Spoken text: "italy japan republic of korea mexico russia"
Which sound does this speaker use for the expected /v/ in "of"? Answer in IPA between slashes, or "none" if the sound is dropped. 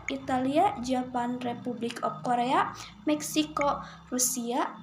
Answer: /p/